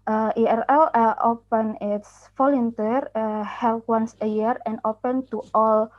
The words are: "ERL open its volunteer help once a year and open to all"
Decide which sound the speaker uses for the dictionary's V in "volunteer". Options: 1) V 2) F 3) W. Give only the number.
2